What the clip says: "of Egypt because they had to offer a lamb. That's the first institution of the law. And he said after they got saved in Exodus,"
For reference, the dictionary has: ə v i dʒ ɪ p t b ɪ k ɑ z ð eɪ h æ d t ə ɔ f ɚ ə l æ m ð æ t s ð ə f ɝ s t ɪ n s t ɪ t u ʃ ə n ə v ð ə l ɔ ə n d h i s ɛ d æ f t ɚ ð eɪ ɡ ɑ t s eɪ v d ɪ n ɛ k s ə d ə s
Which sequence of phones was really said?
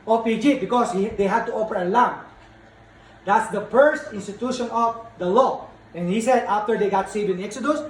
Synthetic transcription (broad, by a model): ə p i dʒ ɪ b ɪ k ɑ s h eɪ h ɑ d t ə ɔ p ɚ ə l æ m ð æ t s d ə f ɝ s t ɪ n s t ɪ t u ʃ ə n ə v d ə l ɔ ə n h i s ɛ d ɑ f t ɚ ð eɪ ɡ ɑ t s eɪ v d ɪ n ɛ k s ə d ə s